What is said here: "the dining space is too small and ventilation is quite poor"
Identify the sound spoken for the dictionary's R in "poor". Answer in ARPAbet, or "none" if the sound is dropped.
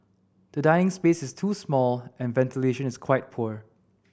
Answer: R